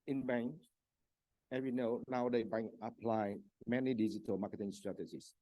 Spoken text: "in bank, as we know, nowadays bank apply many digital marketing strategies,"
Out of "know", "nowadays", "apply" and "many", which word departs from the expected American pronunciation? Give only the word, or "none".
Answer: nowadays